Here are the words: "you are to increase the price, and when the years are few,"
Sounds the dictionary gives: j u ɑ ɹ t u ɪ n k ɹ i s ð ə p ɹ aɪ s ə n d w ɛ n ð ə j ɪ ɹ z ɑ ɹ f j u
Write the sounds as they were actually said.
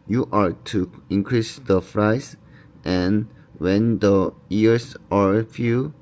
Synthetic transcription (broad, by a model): j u ɑ ɹ t u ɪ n k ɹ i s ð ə f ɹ aɪ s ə n w ɛ n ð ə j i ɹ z ɑ ɹ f j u